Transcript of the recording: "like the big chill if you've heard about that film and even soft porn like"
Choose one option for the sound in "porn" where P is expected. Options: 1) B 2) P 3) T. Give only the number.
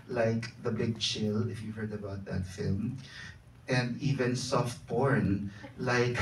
1